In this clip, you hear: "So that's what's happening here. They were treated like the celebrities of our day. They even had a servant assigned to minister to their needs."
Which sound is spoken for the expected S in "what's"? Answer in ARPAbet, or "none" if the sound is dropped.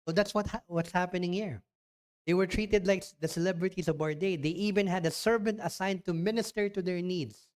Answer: S